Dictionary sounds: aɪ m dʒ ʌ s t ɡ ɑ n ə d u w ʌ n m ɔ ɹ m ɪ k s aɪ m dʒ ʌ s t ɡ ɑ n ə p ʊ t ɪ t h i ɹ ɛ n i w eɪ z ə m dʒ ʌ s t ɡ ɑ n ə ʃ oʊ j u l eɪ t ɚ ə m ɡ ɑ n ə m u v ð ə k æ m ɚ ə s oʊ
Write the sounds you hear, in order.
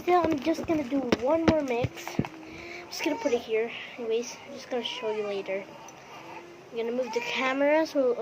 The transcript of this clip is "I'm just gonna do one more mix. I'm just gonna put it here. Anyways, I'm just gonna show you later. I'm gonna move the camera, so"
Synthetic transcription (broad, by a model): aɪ m dʒ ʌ s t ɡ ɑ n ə d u w ʌ n m ɔ ɹ m ɪ k s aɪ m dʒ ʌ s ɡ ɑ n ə p ʊ t ɪ t h i ɹ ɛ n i w eɪ ə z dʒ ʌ s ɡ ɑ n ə ʃ oʊ j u l eɪ t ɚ ə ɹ ɡ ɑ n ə m u v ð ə k æ m ɚ ə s oʊ